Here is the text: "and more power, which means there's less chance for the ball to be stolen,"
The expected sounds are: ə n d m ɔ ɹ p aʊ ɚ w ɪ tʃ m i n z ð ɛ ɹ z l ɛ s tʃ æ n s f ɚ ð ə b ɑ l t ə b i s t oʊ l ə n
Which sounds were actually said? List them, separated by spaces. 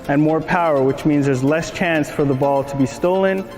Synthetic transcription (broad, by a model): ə n m ɔ ɹ p aʊ ɚ w ɪ tʃ m i n z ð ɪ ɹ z l ɛ s tʃ æ n s f ɚ ð ə b ɑ l t ə b i s t oʊ l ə n